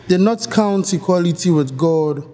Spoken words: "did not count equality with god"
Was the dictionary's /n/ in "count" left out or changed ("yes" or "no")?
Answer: no